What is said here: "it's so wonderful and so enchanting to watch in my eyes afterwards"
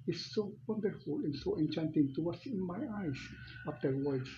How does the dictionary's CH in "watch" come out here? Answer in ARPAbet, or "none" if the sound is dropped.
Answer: S